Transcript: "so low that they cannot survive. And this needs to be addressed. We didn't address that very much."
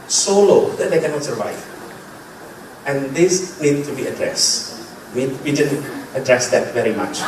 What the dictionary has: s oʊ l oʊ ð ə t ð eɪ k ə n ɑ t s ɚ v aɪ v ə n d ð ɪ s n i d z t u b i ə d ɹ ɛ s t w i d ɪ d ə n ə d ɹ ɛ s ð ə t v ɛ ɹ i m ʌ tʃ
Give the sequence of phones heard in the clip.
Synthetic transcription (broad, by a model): s oʊ l oʊ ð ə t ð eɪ k ə n ɑ t s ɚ v aɪ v ə n d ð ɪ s n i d t u b i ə d ɹ ɛ s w w i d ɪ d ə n ə d ɹ ɛ s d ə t v ɛ ɹ i m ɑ tʃ